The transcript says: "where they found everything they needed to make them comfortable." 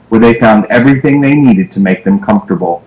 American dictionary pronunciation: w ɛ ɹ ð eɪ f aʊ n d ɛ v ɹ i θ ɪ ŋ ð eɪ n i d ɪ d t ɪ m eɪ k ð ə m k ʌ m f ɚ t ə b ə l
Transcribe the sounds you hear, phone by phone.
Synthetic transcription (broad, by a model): w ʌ ɹ ð eɪ f aʊ n d ɛ v ɹ i θ ɪ ŋ ð eɪ n i d ɪ d t ɪ m eɪ k ð ə m k ʌ m f t ə b l